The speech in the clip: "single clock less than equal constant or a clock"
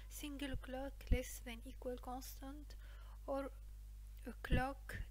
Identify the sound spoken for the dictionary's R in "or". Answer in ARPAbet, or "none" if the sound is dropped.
R